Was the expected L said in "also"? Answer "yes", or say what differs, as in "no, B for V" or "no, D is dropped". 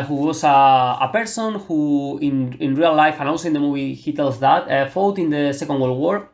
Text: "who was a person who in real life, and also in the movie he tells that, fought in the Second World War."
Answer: no, N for L